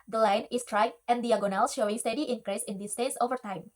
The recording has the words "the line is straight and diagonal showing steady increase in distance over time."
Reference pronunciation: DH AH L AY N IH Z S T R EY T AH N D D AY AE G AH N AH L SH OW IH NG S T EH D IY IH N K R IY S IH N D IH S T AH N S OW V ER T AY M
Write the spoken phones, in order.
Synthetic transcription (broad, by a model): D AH L AY N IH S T R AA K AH N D D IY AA G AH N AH L SH OW IH NG S T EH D IY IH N K R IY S IH N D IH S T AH S OW V ER T AY M